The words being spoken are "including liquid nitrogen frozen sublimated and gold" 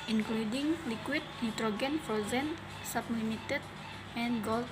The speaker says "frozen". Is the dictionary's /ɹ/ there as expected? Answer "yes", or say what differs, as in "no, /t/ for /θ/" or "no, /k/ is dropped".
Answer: no, /ɹ/ is dropped